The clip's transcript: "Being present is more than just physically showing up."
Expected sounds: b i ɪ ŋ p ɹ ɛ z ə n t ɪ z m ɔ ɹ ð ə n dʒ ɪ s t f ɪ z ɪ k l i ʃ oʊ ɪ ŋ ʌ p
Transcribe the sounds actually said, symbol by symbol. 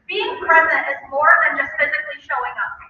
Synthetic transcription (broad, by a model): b i ɪ ŋ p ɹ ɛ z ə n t ɪ z m ɔ ɹ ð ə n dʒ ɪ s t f ɪ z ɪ k l i ʃ oʊ ɪ ŋ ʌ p